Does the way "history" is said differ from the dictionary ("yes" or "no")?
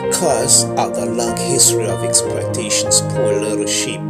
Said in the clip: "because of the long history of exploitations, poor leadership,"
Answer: no